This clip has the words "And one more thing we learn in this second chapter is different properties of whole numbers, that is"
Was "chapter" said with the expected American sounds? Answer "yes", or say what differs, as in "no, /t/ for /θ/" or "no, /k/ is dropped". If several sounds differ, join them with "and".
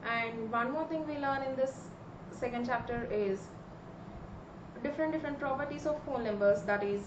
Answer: yes